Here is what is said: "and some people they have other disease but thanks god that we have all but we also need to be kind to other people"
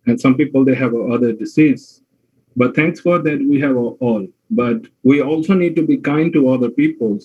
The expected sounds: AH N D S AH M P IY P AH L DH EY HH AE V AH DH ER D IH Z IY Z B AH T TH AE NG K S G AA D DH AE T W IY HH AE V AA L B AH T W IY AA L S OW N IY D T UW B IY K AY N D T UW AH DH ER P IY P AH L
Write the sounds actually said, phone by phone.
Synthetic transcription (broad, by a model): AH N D S AH M P IY P AH L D EY HH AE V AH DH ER D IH S IY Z B AH T T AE NG K S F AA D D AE T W IY HH AE V AA L B AH T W IY AA L S OW N IY D T UW B IY K AY N D T UW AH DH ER P IY P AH L